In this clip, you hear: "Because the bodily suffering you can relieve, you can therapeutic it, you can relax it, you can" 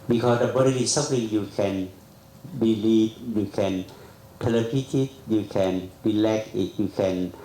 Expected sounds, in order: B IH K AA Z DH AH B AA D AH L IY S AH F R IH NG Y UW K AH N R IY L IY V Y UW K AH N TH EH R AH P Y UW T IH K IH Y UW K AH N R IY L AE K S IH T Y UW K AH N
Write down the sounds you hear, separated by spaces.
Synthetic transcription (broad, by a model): B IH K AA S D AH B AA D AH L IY S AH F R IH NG Y UW K AH N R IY L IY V Y UW K AH N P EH L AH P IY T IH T Y UW K AH N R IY L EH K IH T Y UW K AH N